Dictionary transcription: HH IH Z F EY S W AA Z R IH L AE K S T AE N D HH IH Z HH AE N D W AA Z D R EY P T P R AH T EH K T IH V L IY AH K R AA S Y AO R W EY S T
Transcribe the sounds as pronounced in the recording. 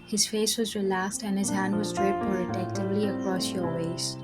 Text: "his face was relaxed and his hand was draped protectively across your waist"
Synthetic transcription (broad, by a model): HH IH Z F EY S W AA Z R IH L AE K S T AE N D HH IH Z HH AE N D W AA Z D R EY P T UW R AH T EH K T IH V L IY AH K R AA S Y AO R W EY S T